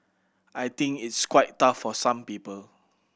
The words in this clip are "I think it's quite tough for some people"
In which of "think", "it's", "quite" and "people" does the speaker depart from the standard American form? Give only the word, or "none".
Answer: think